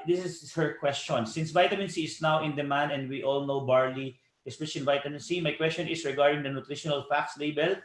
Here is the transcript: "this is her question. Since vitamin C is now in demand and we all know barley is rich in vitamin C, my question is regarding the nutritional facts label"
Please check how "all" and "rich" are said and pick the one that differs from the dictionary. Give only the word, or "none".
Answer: rich